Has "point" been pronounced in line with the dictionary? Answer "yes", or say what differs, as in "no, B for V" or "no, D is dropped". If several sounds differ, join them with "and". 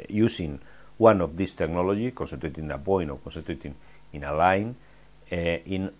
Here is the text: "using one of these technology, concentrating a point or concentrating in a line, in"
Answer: no, T is dropped